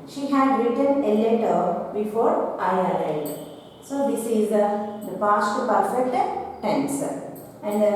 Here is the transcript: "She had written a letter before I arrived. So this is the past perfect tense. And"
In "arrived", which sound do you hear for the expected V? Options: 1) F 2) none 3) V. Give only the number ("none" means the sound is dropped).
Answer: 2